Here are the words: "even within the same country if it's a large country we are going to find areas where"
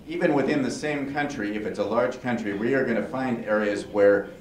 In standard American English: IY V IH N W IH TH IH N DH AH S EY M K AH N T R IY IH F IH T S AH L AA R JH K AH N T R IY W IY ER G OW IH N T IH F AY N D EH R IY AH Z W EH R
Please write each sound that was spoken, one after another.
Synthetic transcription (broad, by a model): IY V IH N W IH TH IH N DH AH S EY M K AH N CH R IY IH F IH T S AH L AA R JH K AH N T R IY W IY ER G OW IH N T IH F AY N D EH R IY AH Z W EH R